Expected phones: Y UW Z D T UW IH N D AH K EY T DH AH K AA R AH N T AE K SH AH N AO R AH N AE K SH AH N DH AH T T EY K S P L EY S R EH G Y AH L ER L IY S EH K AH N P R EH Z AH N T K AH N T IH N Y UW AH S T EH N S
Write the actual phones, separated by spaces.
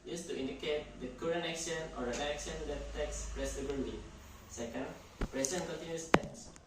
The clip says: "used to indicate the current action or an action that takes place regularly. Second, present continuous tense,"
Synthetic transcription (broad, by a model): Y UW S T UW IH N D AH K EY T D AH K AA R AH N EH K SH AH N AO R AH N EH K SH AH N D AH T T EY K S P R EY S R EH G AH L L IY S EH K AH N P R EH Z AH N K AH N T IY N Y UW S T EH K S